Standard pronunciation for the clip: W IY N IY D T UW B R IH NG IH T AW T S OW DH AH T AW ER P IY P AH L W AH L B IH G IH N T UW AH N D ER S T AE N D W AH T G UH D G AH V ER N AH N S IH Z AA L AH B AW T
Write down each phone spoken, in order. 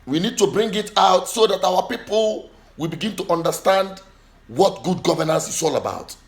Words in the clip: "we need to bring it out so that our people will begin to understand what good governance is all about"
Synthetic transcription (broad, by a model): W IY N IY D T UW B R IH NG IH T AW T S OW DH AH T AW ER P IY P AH L W AH L B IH G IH N T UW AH N D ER S T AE N D W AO T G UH D G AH V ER N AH N S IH S AA L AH B AW T